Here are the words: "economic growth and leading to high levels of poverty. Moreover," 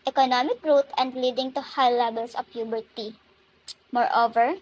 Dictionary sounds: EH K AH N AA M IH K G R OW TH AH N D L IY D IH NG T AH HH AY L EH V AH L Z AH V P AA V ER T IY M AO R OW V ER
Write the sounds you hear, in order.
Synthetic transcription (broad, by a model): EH K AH N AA M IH K R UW T AH N D L IY D IH NG T AH HH AY L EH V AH L S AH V P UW B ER T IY M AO R OW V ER